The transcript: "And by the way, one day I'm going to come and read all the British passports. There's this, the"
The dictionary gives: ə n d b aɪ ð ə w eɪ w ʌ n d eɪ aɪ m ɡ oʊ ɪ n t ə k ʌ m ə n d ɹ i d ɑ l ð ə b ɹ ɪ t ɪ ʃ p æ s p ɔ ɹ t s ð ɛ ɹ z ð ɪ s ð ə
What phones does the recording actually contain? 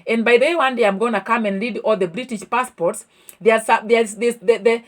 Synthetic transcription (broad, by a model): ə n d b aɪ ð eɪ w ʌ n d eɪ aɪ m ɡ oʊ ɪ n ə k ʌ m ə n d l i d ɑ l ð ə b ɹ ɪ t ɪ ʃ p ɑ s p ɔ ɹ t s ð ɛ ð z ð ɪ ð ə